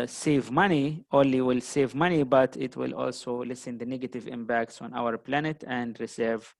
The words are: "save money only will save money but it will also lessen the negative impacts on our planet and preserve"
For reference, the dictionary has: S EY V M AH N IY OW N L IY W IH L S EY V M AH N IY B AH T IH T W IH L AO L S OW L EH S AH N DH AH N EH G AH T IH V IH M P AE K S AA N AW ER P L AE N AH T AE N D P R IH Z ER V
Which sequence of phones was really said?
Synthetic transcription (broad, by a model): S EY V M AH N IY OW N L IY W IH L S EY V M AH N IY B AH T IH T W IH L AO L S OW L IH S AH N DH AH N EH G AH T IH V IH M B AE K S AA N AW ER P L AE N AH T AE N D R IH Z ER V